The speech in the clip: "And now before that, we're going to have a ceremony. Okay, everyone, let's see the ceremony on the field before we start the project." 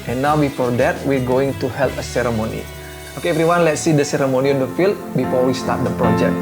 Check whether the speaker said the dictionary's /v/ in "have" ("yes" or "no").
no